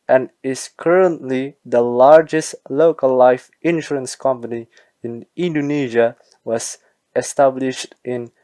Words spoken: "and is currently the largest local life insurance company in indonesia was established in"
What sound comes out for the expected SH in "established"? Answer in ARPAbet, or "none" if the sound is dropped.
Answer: SH